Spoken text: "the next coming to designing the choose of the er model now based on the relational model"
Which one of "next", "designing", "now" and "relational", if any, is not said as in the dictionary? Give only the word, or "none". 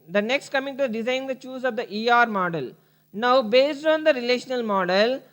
designing